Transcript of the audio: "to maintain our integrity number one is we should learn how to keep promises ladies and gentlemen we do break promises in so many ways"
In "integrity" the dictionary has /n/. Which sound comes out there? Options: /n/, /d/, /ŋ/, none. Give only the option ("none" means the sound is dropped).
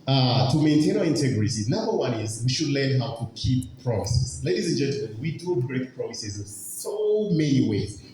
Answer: /n/